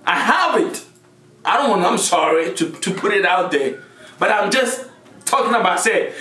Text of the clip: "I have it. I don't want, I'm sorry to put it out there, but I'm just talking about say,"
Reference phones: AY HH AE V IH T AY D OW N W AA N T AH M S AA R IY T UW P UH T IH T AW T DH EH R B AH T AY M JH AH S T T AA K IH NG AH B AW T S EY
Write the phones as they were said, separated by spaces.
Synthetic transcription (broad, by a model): AY HH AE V IH T AY D OW N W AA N AH M S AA R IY T UW P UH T IH T AW T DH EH B AH T AY M JH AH S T T AA K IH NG AH B AW T S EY